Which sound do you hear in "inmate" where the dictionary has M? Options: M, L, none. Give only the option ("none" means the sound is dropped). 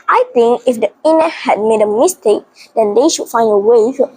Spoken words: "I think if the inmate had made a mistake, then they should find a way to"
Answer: none